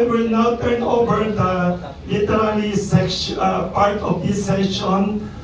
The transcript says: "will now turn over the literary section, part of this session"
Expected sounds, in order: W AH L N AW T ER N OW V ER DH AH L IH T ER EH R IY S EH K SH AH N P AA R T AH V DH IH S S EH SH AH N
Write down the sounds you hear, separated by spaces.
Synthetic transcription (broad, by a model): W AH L N AW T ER N OW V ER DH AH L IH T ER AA L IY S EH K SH P AA R T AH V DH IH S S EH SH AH N